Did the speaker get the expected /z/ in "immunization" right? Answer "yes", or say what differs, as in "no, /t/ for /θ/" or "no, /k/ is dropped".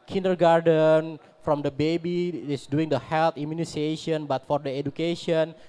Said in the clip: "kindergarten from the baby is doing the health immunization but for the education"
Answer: no, /s/ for /z/